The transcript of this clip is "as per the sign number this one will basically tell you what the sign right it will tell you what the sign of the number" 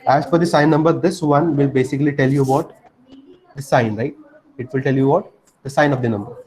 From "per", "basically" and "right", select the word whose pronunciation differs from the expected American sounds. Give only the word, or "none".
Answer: per